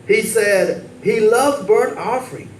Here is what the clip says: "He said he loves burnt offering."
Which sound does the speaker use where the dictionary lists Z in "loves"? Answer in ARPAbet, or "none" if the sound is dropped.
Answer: none